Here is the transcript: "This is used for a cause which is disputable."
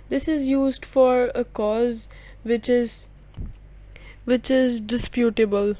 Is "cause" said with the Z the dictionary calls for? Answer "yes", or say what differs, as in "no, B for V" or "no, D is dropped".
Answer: yes